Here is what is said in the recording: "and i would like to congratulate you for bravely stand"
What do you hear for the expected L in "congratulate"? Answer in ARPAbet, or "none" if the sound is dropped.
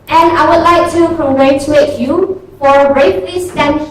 none